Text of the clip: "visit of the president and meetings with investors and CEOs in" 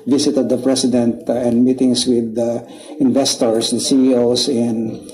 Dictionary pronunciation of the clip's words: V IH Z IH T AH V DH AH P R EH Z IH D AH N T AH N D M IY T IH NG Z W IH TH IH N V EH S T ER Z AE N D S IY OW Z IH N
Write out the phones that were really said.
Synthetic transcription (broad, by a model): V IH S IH T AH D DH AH P R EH S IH D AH N T AH N D M IY T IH NG S W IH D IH N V EH S T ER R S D S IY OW S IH N